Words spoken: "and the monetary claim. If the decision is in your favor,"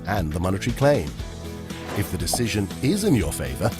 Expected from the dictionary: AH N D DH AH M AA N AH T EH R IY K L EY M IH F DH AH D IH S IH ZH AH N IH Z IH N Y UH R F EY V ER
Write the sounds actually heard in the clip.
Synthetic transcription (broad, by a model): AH N DH AH M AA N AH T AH R IY K L EY M IH F DH AH D IH S IH ZH AH N IH Z IH N Y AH R F EY V ER